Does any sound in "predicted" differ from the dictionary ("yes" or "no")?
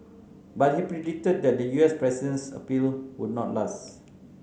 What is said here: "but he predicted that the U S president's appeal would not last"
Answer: yes